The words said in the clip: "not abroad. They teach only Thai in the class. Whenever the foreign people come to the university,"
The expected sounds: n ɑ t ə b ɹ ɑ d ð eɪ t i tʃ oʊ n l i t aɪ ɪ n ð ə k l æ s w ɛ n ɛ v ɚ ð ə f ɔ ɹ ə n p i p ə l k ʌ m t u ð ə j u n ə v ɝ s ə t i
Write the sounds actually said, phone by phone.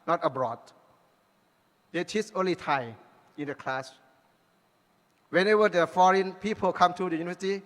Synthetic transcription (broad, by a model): n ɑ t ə b ɹ ɑ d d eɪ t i s oʊ n l i t aɪ ɪ n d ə k l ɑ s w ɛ n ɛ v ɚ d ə f ɔ ɹ ə n p i p ə l k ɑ m t u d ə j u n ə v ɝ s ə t i